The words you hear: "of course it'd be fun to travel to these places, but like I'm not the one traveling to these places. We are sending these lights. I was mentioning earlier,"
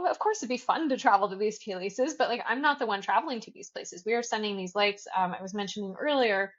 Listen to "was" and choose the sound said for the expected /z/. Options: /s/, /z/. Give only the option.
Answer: /z/